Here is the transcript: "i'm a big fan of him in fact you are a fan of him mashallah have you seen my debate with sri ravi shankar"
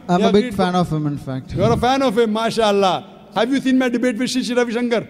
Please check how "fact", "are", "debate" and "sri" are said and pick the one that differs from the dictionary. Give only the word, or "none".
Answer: sri